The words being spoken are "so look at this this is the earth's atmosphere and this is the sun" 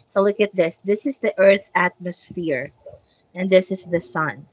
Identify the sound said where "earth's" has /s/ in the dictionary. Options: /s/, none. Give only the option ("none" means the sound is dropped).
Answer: none